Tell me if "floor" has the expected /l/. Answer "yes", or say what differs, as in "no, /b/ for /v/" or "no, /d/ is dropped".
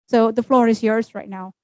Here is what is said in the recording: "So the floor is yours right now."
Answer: yes